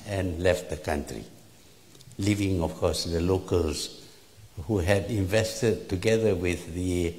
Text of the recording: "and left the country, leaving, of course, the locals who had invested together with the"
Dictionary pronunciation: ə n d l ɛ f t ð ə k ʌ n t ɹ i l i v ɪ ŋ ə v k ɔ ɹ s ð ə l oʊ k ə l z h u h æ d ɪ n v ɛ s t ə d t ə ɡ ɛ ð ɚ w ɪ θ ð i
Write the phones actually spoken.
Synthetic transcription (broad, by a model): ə n l ɛ f t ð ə k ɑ n t ɹ i l i v ɪ ŋ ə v k ɔ s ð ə l oʊ k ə l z h u h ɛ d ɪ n v ɛ s t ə d t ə ɡ ɛ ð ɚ w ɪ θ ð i